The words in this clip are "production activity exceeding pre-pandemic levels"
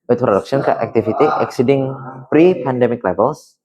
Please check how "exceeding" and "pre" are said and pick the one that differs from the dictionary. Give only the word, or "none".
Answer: none